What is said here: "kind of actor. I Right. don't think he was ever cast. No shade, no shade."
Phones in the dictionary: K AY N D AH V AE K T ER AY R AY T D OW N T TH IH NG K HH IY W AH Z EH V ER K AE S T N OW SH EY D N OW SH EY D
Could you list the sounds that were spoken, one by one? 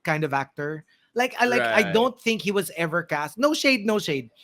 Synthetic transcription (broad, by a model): K AY N D AH V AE K T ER AY L AY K D OW N T TH IH NG K HH IY W AH Z EH V ER K AE S T N OW SH EY D N OW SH EY D